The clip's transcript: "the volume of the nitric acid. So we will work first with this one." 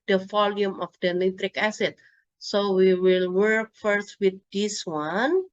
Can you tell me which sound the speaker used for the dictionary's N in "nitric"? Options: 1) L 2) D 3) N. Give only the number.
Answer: 1